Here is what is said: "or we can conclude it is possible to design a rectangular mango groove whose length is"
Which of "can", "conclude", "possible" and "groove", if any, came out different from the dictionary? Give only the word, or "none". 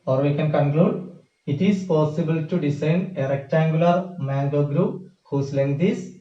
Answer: groove